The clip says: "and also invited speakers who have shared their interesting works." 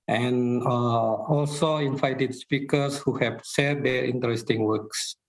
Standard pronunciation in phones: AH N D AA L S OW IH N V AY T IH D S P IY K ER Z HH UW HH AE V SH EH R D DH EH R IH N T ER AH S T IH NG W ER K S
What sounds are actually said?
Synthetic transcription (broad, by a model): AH N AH AA L S OW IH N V AY T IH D S P IY K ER S HH UW HH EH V S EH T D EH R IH N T ER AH S T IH NG W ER K S